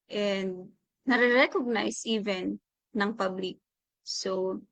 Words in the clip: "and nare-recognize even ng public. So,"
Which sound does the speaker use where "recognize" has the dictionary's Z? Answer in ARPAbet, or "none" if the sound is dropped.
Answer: S